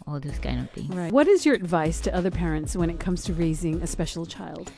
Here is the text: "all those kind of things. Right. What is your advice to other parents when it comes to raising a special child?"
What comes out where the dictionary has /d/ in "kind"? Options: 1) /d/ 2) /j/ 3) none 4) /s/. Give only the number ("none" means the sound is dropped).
3